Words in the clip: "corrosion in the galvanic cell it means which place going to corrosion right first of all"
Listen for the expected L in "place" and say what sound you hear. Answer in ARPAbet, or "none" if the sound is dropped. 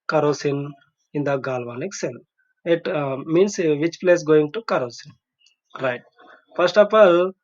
L